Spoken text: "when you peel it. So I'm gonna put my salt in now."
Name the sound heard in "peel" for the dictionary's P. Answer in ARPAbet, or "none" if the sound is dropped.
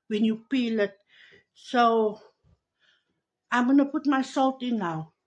P